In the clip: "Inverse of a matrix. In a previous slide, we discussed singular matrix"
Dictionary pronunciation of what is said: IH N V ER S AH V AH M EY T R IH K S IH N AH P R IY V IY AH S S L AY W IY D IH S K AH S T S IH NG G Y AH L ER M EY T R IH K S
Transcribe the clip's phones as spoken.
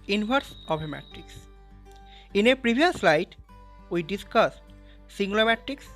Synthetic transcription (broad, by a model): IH N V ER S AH B AH M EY T R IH K S IH N AH P R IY B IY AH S S L AY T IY D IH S K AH S T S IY NG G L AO M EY T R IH K S